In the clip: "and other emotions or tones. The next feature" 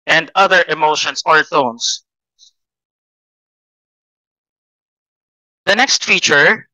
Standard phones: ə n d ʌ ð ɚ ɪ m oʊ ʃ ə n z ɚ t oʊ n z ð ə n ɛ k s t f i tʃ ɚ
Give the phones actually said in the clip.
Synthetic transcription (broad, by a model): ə n d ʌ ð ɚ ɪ m oʊ ʃ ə n s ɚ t oʊ n s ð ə n ɛ k s t f i tʃ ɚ